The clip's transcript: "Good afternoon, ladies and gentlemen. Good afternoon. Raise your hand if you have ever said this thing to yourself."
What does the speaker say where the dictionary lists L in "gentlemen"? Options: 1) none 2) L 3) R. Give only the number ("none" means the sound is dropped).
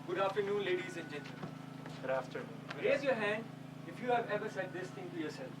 1